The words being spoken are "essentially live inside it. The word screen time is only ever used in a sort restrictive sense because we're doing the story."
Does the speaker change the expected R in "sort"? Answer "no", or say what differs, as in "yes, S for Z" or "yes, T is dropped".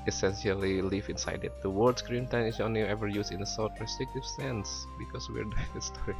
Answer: yes, L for R